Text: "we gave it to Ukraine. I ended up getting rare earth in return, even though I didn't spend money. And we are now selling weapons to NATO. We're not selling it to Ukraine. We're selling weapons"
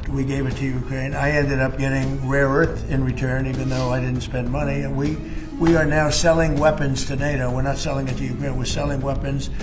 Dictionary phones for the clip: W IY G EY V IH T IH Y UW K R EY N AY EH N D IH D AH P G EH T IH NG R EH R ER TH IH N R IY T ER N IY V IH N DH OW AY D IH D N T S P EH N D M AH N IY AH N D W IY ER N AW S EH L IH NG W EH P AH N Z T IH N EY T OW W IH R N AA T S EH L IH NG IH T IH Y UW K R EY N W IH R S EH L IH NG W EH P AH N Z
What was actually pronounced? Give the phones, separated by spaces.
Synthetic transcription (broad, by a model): W IY G EY V IH T IH Y UW K R EY N AY EH N D IH D AH P G EH T IH NG R EH R ER TH IH N R IY T ER N IY V IH N DH OW AY D IH D N T S P EH N D M AH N IY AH N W W IY ER N AW S EH L IH NG W EH P AH N Z T IH N EY T OW W IH R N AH T S EH L IH NG IH T IH Y UW K R EY N W IH R S EH L IH NG W EH P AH N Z